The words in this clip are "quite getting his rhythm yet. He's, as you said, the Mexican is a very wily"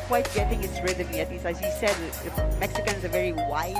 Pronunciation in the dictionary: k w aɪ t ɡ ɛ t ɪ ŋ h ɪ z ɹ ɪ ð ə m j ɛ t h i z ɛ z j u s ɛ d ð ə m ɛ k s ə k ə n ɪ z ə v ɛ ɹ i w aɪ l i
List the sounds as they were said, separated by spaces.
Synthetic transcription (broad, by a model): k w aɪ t ɡ ɛ t ɪ ŋ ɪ s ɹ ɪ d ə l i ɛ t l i s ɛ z j u s ɛ d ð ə m ɛ k s ə k ə n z ə v ɛ ɹ i w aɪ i